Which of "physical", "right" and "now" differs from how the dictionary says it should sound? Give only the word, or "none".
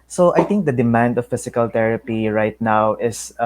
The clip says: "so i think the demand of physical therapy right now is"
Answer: physical